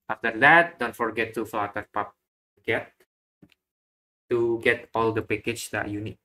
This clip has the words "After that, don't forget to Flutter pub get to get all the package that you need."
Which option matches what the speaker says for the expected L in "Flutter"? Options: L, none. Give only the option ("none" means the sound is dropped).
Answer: none